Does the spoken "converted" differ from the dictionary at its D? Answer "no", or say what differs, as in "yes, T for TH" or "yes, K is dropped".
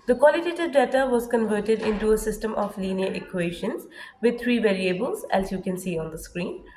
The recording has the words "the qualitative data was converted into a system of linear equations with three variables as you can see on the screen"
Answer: no